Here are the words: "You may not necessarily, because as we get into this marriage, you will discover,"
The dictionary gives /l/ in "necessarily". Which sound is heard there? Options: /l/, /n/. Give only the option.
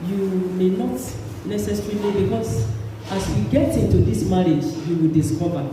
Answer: /n/